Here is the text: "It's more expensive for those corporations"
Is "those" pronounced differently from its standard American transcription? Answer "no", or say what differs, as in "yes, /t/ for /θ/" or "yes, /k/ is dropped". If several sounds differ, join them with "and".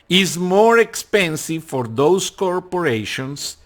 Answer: yes, /s/ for /z/